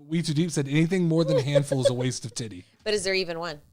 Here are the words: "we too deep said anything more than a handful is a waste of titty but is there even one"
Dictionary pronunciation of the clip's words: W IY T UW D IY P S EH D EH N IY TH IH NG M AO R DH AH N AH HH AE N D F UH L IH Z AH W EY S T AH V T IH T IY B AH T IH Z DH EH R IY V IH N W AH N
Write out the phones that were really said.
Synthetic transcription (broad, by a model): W IY T UW D IY P S EH D EH N IY TH IH NG M AO R DH AH N HH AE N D F L IH Z AH W EY S T AH V T IH T IY B AH T IH Z DH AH R IY V IH N W AH N